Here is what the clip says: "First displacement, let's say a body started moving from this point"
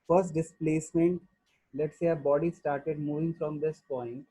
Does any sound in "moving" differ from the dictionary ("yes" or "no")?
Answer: no